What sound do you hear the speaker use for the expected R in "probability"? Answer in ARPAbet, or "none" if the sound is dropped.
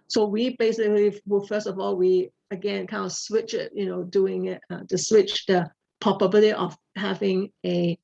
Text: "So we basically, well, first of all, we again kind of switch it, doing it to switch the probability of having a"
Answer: none